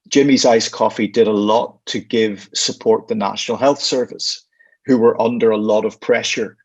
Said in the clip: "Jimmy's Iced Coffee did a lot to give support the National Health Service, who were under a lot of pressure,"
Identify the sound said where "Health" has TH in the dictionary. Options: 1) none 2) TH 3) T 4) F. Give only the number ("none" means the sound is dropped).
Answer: 2